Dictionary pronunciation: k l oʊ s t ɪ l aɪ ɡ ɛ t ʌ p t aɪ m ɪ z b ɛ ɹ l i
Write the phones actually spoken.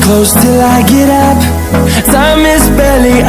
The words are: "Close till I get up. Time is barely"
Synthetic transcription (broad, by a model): k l oʊ s t ɪ l aɪ ɡ ɛ t ʌ p s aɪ m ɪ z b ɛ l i